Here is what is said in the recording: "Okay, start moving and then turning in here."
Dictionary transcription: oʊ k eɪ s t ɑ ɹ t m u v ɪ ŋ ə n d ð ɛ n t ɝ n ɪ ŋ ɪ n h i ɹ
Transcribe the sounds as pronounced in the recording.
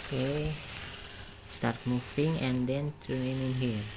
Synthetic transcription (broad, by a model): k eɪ s t ɑ ɹ t m u f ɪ ŋ ə n d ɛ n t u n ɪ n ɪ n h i